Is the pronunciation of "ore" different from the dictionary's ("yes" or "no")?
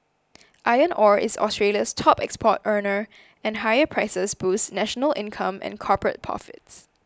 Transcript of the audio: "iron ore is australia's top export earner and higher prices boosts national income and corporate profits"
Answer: no